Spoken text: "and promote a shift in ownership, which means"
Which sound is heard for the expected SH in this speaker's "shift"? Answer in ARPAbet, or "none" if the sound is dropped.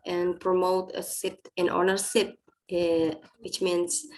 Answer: S